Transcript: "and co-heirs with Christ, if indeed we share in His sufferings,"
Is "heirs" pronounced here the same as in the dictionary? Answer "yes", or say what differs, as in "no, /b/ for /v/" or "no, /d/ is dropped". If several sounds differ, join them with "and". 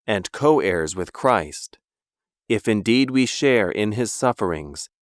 yes